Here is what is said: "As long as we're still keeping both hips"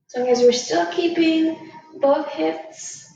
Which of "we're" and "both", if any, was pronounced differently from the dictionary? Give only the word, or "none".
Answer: none